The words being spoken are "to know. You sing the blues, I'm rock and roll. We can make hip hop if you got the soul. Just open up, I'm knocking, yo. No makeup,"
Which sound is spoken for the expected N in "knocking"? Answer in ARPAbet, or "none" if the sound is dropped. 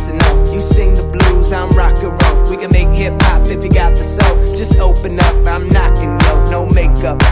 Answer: N